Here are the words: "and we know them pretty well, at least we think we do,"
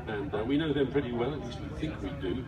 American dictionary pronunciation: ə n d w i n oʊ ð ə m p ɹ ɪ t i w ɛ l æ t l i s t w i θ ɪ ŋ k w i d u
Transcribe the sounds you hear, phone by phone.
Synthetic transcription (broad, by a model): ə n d w i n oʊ ð ə m p ɹ ɪ t i w ɛ l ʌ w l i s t w i θ ɪ ŋ k w i d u